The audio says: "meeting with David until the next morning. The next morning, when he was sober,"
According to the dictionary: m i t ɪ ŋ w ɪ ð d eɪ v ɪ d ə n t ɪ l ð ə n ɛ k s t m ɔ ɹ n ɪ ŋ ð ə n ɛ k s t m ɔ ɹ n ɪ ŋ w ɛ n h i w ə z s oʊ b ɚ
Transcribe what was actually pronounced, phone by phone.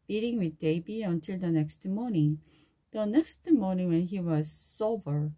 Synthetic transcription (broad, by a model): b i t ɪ ŋ w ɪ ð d eɪ b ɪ ə n t ɪ l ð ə n ɛ k s t m ɔ ɹ n ɪ ŋ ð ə n ɛ k s t m ɔ ɹ n ɪ ŋ w ɛ n h i w ə z s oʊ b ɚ